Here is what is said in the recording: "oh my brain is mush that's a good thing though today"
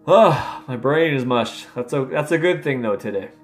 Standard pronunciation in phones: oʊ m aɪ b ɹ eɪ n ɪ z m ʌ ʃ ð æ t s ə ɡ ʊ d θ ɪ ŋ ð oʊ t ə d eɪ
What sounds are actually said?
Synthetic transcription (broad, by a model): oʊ m aɪ b ɹ eɪ n ɪ z m ʌ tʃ ð æ t s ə ɡ ʊ d θ ɪ ŋ ð oʊ t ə d eɪ